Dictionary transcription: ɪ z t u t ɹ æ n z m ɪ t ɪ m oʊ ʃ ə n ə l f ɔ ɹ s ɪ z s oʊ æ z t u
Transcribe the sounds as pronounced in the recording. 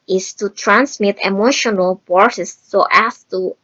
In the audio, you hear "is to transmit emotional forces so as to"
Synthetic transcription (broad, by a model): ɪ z t u t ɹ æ n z m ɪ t ɪ m oʊ ʃ ə n ə l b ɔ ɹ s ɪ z s oʊ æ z t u